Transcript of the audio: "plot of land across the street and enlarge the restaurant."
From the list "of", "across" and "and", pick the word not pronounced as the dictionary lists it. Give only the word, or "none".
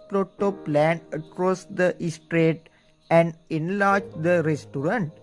of